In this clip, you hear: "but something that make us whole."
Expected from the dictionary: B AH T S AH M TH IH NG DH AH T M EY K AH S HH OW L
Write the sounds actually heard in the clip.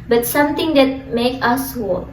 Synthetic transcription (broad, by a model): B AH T S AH M T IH NG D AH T M EY K AH S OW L